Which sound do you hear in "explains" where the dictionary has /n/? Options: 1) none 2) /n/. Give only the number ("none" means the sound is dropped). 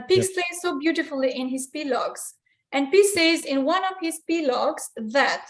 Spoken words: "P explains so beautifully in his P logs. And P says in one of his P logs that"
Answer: 1